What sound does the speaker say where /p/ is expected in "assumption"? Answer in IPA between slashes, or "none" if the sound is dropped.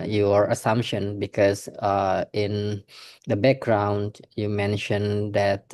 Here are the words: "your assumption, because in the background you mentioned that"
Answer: /p/